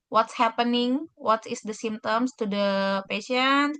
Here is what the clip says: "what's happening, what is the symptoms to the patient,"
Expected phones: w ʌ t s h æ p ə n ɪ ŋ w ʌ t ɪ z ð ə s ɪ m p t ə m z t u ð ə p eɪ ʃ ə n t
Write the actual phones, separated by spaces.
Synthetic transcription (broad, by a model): w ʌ t s h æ p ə n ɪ ŋ w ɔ t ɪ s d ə s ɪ m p t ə m s t u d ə p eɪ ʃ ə n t